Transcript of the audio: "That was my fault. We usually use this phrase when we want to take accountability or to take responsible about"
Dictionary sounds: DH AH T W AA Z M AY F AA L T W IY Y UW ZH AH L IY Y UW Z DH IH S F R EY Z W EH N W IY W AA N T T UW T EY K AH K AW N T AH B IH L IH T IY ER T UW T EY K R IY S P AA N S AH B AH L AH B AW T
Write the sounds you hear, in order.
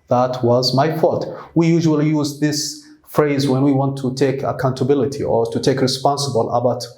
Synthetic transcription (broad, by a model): DH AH T W AA Z M AY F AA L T W IY Y UW ZH AH L IY Y UW Z DH IH S F R EY Z W EH N W IY W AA N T T UW T EY K AH K AW N T AH B IH L IH T IY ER T UW T EY K R IY S P AA N S AH B AH L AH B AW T